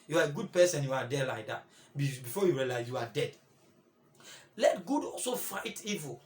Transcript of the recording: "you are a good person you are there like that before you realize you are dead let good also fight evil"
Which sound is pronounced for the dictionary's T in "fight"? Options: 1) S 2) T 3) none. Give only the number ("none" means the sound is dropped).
2